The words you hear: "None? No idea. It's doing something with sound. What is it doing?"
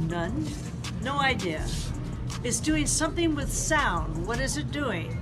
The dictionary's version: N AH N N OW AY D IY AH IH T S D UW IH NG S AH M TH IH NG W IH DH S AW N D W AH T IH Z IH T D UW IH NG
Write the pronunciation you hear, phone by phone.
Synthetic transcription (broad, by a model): N AH N N OW AY D IY AH IH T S D UW IH NG S AH M TH IH NG W IH DH S AW N D W AH T IH Z IH T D UW IH NG